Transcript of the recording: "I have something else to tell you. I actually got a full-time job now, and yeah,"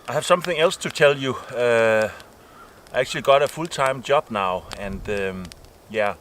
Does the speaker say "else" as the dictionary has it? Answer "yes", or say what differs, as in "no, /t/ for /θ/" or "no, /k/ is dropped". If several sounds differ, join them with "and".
yes